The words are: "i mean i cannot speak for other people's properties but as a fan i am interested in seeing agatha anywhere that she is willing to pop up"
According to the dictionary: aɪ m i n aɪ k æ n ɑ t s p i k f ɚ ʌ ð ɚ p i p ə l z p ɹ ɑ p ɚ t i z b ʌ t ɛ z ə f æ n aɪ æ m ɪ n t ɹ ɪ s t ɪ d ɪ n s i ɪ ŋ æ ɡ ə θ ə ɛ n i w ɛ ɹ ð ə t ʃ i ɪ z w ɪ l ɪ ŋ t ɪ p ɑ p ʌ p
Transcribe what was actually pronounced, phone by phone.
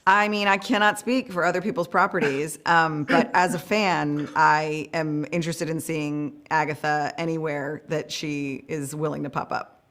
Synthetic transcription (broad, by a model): aɪ m i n aɪ k æ n ɑ t s p i k f ɚ ʌ ð ɚ p i p l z p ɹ ɑ p ɚ t i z b ʌ t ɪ z ə f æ n aɪ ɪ m ɪ n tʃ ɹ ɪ s t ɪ d ɪ n s i ɪ ŋ æ ɡ ə θ ə ɛ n i w ɛ ɹ ð ə t ʃ i ɪ z w ɪ l ɪ ŋ t ɪ p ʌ p ʌ p